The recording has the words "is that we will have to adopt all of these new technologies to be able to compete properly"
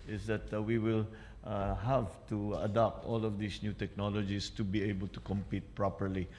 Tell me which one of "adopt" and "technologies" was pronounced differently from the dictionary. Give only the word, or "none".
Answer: technologies